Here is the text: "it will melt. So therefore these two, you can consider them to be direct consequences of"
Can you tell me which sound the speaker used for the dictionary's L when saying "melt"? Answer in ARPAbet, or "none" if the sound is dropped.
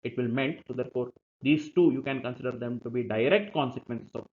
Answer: N